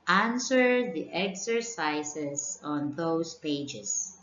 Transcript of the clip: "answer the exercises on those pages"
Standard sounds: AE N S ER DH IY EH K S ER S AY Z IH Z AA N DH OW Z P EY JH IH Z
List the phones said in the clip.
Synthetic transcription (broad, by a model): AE N S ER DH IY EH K S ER S AY S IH S AA N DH OW S P EY JH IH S